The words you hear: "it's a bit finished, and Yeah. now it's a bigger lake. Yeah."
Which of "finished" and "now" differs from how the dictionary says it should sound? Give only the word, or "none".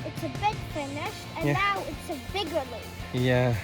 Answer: finished